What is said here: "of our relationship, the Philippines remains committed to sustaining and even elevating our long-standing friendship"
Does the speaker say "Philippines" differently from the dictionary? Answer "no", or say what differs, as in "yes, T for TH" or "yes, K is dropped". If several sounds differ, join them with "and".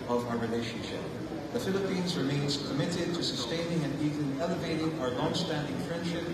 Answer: no